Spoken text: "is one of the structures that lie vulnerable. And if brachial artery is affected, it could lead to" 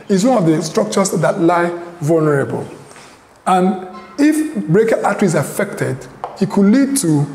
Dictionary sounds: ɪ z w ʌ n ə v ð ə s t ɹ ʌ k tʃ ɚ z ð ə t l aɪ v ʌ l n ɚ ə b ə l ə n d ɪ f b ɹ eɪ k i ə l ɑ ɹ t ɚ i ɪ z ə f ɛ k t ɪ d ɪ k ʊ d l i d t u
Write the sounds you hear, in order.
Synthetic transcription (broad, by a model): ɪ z w ʌ n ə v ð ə s t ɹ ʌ k tʃ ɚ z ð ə t l aɪ v ʌ l n ɚ ə b ə l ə n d ɪ f b ɹ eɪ k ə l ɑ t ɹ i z ə f ɛ k t ɪ d ɪ k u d l i d t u